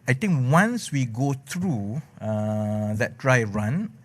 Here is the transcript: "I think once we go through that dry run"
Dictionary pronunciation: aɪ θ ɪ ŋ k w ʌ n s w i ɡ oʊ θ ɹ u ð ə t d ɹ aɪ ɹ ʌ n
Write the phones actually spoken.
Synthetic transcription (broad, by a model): aɪ t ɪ ŋ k w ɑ n s w i ɡ oʊ t ɹ u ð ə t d ɹ aɪ ɹ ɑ n